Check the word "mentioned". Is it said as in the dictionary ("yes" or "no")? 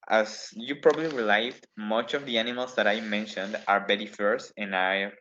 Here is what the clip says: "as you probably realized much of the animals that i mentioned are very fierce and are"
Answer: yes